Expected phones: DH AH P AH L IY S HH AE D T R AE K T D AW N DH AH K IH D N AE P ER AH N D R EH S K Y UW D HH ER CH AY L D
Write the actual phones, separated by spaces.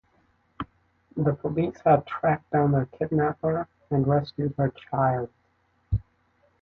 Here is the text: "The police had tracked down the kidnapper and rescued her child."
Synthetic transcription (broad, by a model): DH AH P AH L IY S HH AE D T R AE K D AW N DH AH K IH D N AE P ER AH N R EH S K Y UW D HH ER CH AY L D